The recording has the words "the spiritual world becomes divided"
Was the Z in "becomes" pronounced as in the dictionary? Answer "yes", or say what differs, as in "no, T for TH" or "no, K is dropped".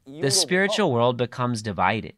yes